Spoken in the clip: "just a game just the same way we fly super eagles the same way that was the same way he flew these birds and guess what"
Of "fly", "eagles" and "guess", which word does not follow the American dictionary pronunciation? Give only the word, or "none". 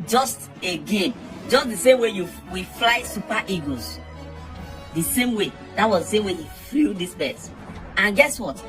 eagles